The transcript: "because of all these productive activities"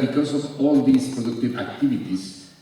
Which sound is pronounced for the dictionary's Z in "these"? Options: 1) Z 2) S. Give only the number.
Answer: 2